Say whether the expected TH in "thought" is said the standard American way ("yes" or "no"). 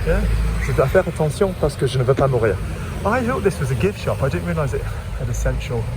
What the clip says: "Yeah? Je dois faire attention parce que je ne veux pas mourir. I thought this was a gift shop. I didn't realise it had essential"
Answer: yes